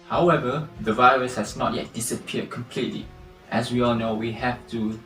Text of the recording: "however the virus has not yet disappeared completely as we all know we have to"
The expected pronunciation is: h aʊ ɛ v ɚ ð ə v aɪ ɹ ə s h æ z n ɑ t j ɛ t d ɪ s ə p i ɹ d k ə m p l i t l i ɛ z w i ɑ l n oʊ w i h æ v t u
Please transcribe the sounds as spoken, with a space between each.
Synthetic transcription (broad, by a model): h aʊ ɛ v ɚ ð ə v aɪ ɹ ə s h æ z n ɑ t j ɛ t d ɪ s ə p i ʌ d k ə m p l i t l i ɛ s w i ɑ l n oʊ w i h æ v t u